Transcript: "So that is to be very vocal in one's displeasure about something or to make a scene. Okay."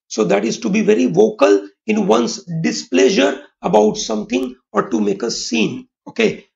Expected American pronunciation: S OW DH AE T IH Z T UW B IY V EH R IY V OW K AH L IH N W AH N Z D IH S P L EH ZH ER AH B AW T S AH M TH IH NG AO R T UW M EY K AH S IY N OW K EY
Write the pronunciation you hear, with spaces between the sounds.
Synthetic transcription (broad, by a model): S OW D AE T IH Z T UW B IY V EH R IY V OW K AH L IH N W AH N S D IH S P L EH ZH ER AH B AW T S AH M T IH NG AO R T UW M EY K AH S IY N OW K EY